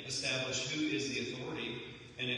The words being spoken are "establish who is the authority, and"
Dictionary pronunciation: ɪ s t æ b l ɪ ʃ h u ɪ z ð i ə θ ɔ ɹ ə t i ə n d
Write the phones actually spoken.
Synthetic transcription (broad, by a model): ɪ s t æ b l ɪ ʃ h u ɪ z ð i ə θ ɔ ɹ ə t i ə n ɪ